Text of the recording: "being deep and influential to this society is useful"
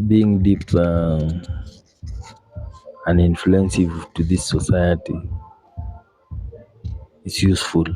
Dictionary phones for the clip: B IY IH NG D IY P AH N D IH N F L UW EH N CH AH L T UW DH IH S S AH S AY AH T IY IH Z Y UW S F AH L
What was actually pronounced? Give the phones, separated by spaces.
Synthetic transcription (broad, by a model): B IY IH NG D IY P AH N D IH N F L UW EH N S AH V T UW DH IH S S AH S AY AH T IY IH S Y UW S F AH L